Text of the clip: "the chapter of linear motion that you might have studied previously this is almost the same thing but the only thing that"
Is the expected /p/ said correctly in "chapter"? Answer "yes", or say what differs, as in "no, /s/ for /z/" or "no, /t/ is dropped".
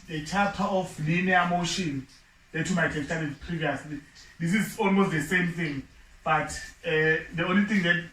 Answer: no, /p/ is dropped